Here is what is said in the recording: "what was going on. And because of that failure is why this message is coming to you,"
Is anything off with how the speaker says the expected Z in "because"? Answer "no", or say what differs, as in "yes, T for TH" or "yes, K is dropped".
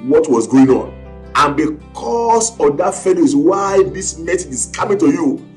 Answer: yes, S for Z